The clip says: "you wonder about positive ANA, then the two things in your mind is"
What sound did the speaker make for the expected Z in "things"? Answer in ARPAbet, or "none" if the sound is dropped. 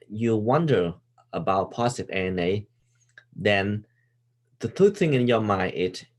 none